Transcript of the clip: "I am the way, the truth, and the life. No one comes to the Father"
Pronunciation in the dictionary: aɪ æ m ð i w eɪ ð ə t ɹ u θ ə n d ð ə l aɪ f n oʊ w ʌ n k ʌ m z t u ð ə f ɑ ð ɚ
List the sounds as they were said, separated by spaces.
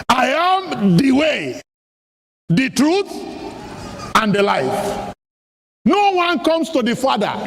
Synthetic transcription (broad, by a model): aɪ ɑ m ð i w eɪ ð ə t ɹ u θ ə n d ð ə l aɪ f n oʊ w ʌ n k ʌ m s t u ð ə f ɑ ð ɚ